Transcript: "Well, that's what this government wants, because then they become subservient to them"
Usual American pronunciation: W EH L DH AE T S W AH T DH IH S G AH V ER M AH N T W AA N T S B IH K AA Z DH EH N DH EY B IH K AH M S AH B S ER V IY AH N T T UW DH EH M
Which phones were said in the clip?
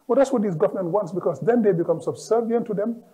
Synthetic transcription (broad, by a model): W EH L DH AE T S W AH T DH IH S G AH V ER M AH N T W AA N T S B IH K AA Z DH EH N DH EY B IH K AH M S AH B S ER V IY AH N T T UW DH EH M